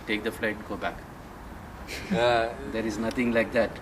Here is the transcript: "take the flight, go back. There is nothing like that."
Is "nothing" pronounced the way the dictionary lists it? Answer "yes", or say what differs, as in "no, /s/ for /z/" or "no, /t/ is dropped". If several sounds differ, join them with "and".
no, /t/ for /θ/